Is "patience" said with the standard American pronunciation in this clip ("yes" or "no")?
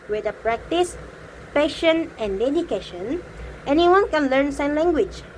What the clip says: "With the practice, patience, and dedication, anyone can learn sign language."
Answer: no